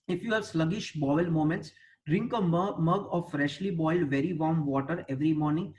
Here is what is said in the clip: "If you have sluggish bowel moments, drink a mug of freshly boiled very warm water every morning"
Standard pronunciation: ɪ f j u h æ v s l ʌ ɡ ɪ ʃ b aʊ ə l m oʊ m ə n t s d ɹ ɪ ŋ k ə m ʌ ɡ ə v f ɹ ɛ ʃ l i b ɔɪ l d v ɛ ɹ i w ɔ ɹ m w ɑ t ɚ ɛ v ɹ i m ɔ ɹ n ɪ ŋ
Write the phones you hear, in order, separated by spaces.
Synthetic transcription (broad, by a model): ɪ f j u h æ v s l ʌ ɡ ɪ ʃ b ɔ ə l m oʊ m ə n t s d ɹ ɪ ŋ k ə m ʌ ɡ ə v f ɹ ɛ ʃ l i b ɔɪ l d v ɛ ɹ i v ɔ ɹ m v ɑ t ɚ ɛ v ɹ i m ɔ ɹ n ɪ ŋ